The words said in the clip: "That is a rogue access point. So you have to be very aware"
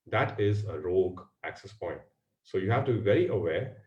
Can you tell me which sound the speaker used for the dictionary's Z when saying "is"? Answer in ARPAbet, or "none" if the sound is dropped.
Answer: Z